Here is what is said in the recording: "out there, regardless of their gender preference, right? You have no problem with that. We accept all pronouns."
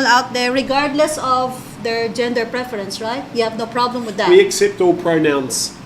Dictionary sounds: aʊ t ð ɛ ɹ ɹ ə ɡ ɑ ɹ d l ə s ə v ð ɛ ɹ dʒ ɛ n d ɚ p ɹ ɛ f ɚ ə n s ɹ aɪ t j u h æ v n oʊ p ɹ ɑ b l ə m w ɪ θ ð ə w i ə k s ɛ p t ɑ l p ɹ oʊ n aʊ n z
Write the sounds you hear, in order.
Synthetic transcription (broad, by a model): aʊ t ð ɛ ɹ ɹ ə ɡ ɑ ɹ d l ə s ə v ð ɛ ɹ dʒ ɛ n d ɚ p ɹ ɛ f ɚ ə n s ɹ aɪ t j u h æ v n oʊ p ɹ ɑ b l ə m w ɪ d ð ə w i ə k s ɛ p t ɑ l p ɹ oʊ n aʊ n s